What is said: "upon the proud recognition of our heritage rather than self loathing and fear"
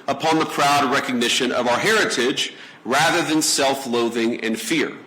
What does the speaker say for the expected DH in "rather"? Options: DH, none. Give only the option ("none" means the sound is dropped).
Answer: DH